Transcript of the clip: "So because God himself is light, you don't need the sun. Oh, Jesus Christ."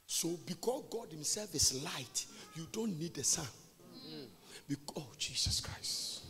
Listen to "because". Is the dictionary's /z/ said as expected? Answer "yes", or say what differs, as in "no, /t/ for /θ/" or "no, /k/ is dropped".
no, /s/ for /z/